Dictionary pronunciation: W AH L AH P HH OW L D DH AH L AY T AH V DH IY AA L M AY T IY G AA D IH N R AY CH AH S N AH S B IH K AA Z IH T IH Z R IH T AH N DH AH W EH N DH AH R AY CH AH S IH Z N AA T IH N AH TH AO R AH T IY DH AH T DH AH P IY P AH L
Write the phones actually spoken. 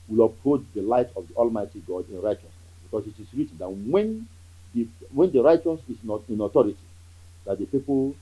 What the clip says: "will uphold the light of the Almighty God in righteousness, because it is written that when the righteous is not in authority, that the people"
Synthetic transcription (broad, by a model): W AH L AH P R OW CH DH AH L AY T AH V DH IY AA L M AY T IY G AA D IH N R AY CH AH S N AH S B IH K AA S IH T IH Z R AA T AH N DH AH W EH N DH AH R AY CH AH S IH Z N AA T IH N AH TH AO R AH T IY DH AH T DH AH P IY P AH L